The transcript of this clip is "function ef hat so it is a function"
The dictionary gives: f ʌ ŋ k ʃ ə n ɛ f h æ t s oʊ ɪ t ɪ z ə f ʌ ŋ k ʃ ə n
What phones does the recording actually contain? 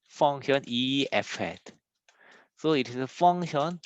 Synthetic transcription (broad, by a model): f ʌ ŋ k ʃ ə n ɛ f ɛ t s oʊ ɪ t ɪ s ə f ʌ ŋ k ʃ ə n